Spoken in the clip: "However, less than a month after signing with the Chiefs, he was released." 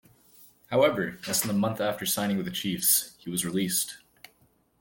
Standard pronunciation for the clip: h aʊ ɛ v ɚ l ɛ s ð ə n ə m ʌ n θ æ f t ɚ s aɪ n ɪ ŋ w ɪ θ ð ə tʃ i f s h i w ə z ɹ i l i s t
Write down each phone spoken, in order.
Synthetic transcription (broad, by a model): h aʊ ɛ v ɚ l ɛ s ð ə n ə m ʌ n θ æ f t ɚ s aɪ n ɪ ŋ w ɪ ð ə tʃ i f s h i w ə z ɹ i l i s t